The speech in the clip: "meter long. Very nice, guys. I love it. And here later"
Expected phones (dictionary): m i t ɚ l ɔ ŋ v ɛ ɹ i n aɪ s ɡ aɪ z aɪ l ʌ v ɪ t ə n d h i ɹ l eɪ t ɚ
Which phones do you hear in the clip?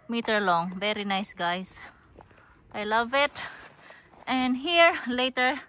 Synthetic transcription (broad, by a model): m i t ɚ l ɔ ŋ v ɛ ɹ i n aɪ s ɡ aɪ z aɪ l ʌ v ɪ t ə n d h i ɹ l eɪ t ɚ